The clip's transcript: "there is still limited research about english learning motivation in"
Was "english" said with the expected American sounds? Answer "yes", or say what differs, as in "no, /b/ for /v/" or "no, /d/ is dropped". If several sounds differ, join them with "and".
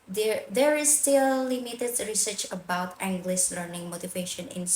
no, /s/ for /ʃ/